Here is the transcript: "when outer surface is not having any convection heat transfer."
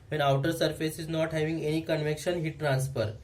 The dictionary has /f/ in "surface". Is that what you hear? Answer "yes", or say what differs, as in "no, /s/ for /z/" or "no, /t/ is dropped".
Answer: yes